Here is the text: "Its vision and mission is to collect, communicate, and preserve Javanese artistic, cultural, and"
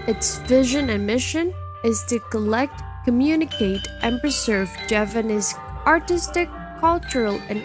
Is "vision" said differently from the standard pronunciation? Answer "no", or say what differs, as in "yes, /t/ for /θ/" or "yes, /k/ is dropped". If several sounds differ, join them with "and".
no